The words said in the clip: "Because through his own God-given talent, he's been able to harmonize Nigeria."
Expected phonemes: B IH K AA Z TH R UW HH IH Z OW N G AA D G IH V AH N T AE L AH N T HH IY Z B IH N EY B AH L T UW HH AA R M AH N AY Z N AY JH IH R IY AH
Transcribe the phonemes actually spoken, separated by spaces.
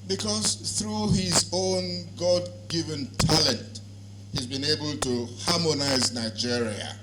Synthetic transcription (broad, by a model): B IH K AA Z TH R UW HH IH Z OW N G AA D G IH V AH N T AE L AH N T HH IY Z B IH N EY B AH L T UW HH AA M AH N AY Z N AY JH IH R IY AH